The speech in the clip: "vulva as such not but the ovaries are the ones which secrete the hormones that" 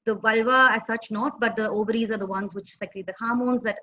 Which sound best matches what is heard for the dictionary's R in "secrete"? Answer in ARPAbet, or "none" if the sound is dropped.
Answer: L